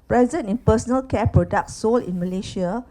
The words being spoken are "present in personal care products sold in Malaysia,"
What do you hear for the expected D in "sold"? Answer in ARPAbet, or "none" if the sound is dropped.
none